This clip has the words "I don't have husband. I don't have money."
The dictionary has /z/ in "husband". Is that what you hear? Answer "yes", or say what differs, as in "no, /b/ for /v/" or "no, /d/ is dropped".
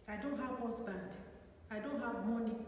no, /s/ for /z/